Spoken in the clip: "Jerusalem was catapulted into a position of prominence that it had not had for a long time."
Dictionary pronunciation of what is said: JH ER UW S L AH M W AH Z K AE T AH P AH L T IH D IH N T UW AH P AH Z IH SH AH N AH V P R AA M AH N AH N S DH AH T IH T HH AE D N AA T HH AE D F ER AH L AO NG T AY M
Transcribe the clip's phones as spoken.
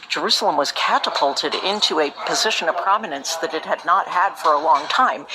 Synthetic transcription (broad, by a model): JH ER UW S L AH M W AH Z K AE T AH P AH L T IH D IH N T UW AH P AH Z IH SH AH N AH V P R AA M AH N AH N S DH AH T IH T HH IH D N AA T HH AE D F ER AH L AO NG T AY M